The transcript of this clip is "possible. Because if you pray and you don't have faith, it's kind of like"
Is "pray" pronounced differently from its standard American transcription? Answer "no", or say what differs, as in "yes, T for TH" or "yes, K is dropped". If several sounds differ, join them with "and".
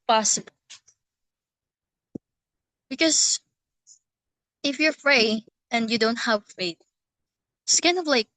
yes, F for P